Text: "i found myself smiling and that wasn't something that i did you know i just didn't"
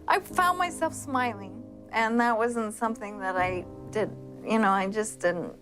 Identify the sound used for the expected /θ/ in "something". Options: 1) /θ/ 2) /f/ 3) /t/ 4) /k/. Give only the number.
1